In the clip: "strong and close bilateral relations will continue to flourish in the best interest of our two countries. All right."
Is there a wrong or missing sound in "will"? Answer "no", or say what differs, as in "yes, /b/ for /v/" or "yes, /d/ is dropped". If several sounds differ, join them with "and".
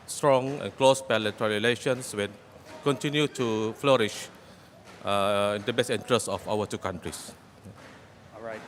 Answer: yes, /n/ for /l/